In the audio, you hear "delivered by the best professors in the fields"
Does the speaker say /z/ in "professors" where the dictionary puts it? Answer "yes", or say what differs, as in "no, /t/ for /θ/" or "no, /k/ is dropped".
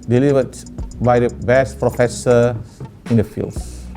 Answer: no, /z/ is dropped